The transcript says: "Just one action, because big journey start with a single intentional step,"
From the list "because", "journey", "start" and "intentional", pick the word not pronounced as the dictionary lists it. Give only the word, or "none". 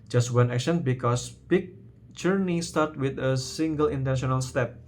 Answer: because